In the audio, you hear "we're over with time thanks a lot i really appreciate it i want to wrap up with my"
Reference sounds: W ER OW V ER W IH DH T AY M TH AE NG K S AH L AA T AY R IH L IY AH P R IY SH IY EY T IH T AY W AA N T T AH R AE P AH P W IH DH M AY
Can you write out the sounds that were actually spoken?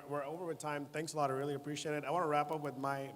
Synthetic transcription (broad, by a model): W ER OW V ER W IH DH T AY M TH AE NG K S AH L AA T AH R IH L IY AH P R IY SH IY EY T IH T AY W AA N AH R AE P AH P W IH DH M AY